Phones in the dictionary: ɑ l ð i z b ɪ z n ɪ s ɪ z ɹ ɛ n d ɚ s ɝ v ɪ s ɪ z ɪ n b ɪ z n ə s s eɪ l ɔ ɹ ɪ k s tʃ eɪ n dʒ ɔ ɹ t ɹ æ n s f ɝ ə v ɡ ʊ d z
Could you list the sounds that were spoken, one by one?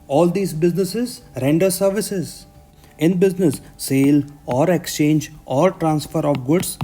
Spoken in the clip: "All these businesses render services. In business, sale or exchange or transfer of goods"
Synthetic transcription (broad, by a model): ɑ l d i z b ɪ z n ɪ s ɪ z ɹ ɛ n d ɚ s ɝ v ɪ s ɪ z ɪ n b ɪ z n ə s s eɪ l ɔ ɹ ɪ k s tʃ eɪ n dʒ ɔ ɹ t ɹ æ n s f ɝ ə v ɡ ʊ d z